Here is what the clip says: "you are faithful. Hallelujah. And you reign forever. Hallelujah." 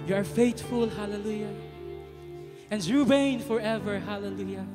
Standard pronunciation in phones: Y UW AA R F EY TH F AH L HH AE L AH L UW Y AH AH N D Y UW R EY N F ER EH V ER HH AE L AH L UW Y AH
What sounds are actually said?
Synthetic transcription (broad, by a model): Y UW AA R F EY T F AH L HH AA L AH L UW Y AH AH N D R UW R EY N F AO EH V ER HH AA L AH L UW Y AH